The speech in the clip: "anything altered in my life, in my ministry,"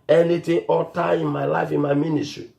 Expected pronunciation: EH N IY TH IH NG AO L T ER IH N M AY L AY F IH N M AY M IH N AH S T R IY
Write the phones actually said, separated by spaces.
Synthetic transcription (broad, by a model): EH N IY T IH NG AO T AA IH N M AY L AY F IH N M AY M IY N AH S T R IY